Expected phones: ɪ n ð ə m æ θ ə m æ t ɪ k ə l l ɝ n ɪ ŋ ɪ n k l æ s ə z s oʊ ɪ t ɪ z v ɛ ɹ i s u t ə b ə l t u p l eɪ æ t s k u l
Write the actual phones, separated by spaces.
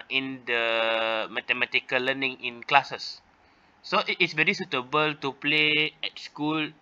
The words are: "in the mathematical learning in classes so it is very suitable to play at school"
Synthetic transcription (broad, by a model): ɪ n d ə m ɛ t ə m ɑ t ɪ k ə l l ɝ n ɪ ŋ ɪ n k l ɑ s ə s oʊ ɪ t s v ɛ ɹ i s u t ə b ə l t u p l eɪ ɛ t s k u l